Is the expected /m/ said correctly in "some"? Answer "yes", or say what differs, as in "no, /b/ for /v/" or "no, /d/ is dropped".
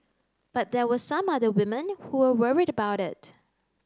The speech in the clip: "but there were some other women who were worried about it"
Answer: yes